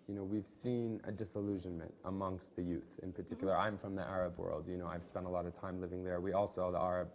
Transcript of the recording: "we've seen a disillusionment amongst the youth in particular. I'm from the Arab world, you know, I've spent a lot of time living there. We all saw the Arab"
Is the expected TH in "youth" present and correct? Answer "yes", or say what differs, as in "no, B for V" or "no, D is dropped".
yes